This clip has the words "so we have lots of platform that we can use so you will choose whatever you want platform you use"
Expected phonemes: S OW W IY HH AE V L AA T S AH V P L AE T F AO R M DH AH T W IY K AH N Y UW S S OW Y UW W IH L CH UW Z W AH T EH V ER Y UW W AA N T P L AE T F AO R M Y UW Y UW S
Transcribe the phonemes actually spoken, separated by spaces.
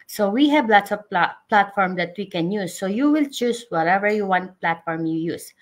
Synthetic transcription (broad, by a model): S OW W IY HH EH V L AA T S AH P P L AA T F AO R M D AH T W IY K AH N Y UW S S OW Y UW W IH L CH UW S W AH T EH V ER Y UW W AA N T P L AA T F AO R M Y UW Y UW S